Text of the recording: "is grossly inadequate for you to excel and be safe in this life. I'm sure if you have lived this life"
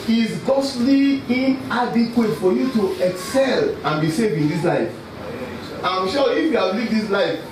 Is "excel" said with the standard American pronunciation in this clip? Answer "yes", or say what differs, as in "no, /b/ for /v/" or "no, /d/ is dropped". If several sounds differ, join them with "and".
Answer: yes